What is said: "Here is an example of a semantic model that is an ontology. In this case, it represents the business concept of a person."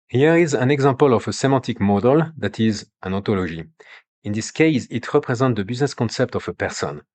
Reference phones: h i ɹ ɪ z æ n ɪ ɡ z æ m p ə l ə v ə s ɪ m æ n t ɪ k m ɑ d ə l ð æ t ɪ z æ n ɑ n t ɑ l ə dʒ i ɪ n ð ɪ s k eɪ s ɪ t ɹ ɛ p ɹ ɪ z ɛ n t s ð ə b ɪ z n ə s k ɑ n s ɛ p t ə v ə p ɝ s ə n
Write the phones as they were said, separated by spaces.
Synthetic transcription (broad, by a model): h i ɹ ɪ z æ n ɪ ɡ z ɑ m p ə l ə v ə s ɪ m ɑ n t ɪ k m ɑ d ə l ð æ t ɪ z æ n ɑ t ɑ l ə ʒ i ɪ n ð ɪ s k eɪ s ɪ t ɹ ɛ p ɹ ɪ z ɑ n t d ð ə b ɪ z n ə s k ɑ n s ɛ p t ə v ə p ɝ s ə n